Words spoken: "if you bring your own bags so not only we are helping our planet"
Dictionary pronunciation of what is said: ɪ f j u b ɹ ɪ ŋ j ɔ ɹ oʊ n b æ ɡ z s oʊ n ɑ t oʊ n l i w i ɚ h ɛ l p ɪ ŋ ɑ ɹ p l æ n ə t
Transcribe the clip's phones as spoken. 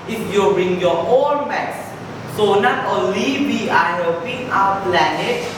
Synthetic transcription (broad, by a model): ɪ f j u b ɹ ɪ ŋ j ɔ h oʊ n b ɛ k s s oʊ n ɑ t oʊ n l i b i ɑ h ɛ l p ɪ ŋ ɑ w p l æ n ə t